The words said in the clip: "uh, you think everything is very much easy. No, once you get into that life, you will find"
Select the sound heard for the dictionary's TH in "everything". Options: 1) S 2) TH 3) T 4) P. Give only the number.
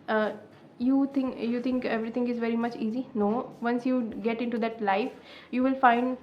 3